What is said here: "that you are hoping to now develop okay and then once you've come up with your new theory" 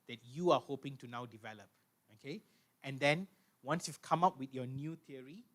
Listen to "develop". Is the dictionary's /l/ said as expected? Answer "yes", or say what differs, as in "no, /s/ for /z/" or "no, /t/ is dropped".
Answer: yes